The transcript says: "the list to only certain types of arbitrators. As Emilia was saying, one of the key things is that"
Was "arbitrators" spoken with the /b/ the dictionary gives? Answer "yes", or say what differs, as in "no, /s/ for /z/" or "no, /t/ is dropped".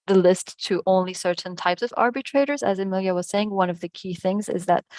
yes